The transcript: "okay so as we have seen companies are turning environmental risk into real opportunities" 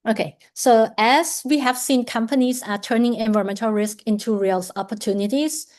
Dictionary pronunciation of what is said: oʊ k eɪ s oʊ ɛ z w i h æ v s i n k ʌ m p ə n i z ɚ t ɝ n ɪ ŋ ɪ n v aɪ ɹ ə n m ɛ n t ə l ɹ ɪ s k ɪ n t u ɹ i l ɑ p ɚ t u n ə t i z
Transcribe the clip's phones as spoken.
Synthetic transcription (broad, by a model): oʊ k eɪ s oʊ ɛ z w i h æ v s i n k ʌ m p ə n i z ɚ t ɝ n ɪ ŋ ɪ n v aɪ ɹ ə m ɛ n t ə l ɹ ɪ s k ɪ n t u ɹ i l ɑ p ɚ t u n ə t i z